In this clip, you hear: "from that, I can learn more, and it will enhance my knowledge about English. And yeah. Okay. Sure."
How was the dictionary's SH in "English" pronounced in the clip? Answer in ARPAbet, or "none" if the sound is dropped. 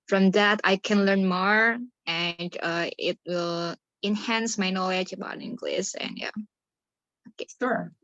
S